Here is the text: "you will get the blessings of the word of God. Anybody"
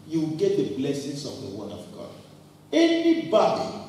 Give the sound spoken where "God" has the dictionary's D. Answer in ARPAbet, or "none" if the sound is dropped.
none